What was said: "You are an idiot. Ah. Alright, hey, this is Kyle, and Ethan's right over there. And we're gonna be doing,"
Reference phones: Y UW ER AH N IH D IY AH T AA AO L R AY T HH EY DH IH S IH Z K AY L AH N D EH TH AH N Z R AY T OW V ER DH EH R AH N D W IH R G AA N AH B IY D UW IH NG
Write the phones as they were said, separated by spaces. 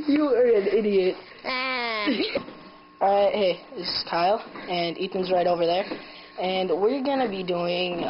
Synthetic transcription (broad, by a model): Y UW ER AH N IH D IY AH T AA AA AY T HH EY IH IH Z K AY L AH N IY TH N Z R AY T OW V ER DH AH R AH N W IH R G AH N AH B IY D UW IH NG